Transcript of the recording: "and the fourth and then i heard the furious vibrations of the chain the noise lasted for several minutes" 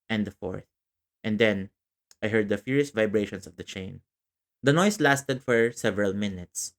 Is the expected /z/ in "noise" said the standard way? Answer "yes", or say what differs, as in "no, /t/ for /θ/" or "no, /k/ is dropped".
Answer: no, /s/ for /z/